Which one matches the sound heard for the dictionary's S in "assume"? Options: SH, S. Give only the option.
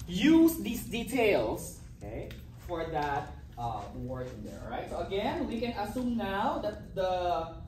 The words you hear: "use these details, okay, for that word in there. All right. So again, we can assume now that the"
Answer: S